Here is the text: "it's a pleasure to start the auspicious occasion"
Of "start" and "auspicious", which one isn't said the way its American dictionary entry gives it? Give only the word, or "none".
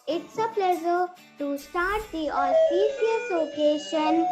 auspicious